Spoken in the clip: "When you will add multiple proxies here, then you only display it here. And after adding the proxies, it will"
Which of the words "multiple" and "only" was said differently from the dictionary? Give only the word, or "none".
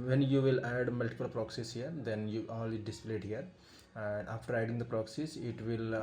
only